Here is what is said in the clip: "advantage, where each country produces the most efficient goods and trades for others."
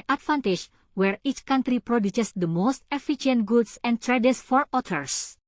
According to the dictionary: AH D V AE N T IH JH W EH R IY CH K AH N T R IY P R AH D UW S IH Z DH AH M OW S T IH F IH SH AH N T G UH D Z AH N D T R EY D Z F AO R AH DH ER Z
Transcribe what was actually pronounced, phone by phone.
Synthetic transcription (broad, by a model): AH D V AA N T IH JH W EH R IY CH K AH N T R IY P R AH D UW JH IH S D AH M OW S T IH F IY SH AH N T G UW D S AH N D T R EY D S F AO R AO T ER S